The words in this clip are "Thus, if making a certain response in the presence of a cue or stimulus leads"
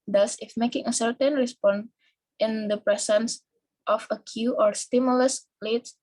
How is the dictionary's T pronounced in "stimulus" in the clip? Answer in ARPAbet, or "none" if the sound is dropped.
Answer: T